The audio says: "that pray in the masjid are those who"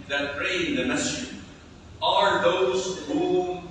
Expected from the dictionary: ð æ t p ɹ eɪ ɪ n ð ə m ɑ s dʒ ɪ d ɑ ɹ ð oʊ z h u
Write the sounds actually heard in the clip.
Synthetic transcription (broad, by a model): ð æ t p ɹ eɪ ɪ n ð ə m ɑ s ɪ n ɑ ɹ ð oʊ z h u